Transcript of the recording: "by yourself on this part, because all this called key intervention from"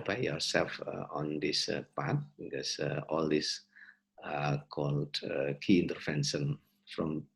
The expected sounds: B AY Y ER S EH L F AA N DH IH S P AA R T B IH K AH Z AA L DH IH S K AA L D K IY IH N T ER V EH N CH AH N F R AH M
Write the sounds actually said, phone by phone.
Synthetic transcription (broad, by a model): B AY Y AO S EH L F AA N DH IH S P AA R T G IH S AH AA L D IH S K AA L D K IY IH N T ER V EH N SH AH N F R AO M